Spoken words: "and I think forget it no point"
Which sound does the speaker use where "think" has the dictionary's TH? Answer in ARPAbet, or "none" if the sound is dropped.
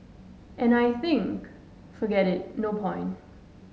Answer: TH